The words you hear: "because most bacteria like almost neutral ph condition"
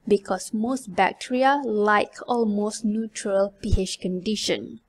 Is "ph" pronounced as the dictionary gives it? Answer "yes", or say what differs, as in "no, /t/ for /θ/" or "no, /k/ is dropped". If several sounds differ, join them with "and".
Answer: no, /ʃ/ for /tʃ/